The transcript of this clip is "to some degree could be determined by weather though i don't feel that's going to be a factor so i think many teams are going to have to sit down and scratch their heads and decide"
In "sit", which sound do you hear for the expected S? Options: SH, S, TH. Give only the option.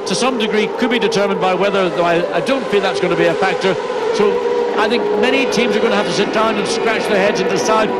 S